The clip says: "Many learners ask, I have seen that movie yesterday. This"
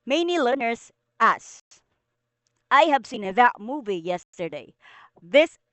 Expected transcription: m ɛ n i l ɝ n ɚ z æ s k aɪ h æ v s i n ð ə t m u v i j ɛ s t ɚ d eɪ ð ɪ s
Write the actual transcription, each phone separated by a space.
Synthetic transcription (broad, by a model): m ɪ n i l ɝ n ɚ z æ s aɪ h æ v s i n ð ə t m u v i j ɛ s t ɚ d eɪ ð ɪ s